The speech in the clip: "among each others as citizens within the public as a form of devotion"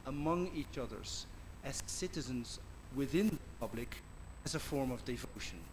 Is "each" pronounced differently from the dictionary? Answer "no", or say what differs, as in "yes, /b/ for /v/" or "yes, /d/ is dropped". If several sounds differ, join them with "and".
no